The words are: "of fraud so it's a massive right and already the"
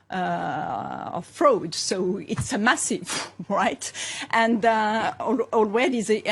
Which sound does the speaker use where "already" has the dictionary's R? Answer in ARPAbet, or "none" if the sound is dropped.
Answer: W